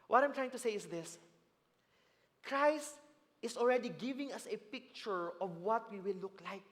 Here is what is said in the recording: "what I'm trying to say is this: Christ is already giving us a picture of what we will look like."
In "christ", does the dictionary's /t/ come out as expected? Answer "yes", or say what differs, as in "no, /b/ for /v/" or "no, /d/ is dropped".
yes